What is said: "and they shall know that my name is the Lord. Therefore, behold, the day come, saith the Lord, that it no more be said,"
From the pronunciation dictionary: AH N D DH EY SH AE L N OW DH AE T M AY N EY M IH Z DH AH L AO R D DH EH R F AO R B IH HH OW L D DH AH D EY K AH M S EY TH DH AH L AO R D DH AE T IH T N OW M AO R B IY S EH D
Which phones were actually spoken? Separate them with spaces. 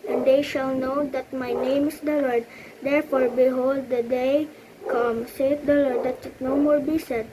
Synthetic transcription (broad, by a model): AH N D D EY SH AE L N OW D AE T M AY N EY M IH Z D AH L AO R D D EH R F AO R B IH HH OW L D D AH D EY K AH M S EY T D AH L AO R D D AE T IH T N OW M AO R B IY S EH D